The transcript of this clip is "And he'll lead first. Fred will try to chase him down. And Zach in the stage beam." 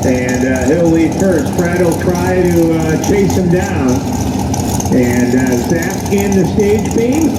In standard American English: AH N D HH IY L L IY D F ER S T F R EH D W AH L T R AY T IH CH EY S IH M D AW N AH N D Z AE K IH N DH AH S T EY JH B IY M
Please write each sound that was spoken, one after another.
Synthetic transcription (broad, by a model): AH N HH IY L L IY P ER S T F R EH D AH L T R AY T IH CH EY S IH M D AW N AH N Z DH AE IH N DH AH S T EY JH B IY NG